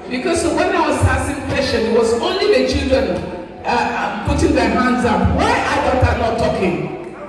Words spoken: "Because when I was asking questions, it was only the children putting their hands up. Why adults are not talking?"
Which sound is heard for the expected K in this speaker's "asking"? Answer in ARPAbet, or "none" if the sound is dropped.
none